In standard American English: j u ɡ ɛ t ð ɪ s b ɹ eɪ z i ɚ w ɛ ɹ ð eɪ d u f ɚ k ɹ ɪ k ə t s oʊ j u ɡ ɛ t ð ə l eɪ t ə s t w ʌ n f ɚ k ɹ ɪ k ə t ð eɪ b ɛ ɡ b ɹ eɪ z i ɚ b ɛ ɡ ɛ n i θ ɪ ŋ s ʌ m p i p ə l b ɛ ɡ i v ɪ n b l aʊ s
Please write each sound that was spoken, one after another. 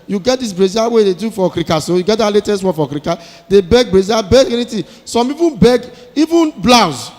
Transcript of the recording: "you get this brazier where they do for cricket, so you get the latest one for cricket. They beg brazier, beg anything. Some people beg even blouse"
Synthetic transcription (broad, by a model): j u ɡ ɛ t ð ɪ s b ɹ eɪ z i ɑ w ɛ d eɪ d u f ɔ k ɹ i k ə s oʊ j u ɡ ɛ t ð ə l eɪ t ə s t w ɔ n f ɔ k ɹ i k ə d eɪ b ɛ ɡ b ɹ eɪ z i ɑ b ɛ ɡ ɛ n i t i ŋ s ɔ m i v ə n b ɛ ɡ i v ɪ n b l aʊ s